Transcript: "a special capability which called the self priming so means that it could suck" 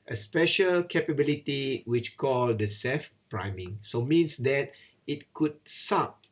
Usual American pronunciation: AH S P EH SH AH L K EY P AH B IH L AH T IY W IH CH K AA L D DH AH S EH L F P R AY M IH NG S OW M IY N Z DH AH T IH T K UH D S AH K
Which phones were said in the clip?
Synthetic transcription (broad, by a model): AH S P EH SH AH L K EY P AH B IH L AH T IY W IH CH K AA L D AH S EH F P R AY M IH NG S OW M IY N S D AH T IH T K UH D S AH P